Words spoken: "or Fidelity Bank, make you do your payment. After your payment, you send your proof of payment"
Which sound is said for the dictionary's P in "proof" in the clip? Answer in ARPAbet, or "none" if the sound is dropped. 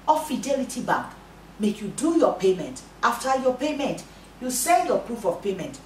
P